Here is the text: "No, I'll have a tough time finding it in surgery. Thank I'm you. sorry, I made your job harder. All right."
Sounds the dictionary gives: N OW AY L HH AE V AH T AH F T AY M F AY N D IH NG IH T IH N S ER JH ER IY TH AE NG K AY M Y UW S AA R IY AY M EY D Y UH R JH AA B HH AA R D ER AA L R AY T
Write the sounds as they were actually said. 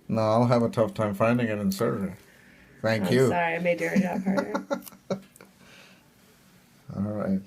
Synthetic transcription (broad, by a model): N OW AY L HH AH V AH T AH F T AY M F AY N D IH NG IH T IH N S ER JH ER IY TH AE NG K Y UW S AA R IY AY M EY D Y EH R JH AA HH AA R AA L R AY T